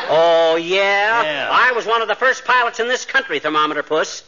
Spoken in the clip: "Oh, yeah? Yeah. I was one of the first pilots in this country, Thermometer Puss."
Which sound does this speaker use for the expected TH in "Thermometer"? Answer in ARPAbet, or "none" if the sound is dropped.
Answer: TH